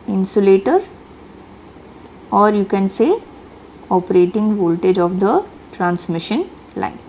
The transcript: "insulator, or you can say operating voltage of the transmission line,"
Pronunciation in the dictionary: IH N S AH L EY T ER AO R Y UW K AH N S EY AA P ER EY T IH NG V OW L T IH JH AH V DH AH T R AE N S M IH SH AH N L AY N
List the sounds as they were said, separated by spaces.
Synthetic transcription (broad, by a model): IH N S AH L EY T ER AO R Y UW K AH N S EY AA P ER EY T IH NG V OW L T IH JH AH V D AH T R AE N S M IH SH AH N L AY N